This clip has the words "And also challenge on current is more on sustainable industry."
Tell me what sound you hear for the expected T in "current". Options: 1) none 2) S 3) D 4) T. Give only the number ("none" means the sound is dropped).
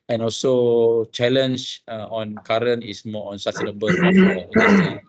1